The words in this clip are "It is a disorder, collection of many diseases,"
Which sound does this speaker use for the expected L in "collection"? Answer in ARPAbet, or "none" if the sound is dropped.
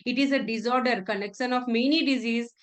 N